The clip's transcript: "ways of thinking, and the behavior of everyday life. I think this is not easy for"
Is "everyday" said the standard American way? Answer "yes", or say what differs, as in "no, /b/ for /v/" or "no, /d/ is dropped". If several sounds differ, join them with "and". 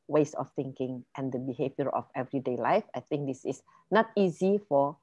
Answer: yes